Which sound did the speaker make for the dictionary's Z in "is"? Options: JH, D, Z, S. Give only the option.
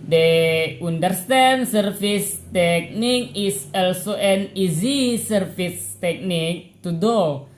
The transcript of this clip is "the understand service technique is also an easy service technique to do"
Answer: S